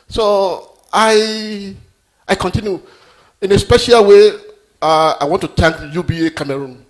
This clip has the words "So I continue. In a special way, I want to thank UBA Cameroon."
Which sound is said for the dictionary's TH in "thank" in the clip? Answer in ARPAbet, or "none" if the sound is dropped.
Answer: T